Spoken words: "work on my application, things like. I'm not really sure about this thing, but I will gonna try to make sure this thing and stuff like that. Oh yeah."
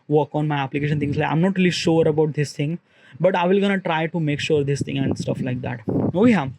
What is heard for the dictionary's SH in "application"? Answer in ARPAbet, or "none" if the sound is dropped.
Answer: SH